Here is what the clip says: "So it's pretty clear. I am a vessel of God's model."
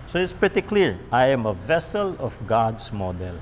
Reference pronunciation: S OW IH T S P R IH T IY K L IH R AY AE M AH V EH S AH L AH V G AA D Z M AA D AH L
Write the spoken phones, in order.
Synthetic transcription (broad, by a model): S OW IH T S P R IH T IY K L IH R AY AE M AH V EH S AH L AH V G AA D S M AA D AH L